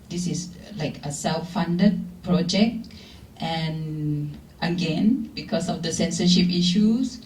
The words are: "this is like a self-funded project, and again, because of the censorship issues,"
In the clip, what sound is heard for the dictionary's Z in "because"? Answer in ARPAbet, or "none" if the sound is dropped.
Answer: S